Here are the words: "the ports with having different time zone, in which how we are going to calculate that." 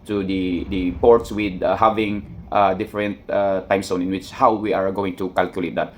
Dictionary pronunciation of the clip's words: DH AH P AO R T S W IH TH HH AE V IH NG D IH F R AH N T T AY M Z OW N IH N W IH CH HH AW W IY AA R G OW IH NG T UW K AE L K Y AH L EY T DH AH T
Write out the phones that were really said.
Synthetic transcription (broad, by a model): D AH P AO R T S W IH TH HH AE V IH NG D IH F R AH N T T AY M S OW N IH N W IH CH HH AW W IY AA R G OW IH NG T UW K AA L K Y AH L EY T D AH T